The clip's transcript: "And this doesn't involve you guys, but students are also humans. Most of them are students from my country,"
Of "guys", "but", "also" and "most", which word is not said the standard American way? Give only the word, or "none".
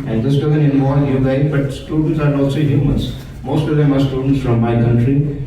guys